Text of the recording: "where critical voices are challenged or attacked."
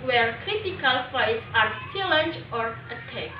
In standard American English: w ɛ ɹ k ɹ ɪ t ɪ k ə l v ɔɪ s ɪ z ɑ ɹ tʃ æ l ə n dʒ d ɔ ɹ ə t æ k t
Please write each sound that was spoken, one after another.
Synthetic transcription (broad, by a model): w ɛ ɹ k ɹ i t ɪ k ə l f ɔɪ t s ɑ ɹ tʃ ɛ l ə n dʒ ɔ ɹ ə t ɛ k